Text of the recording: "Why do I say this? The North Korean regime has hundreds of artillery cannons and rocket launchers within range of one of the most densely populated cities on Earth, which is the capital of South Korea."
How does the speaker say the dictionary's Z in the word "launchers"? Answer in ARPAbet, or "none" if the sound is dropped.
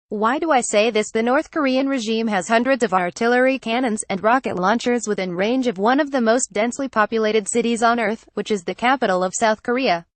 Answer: Z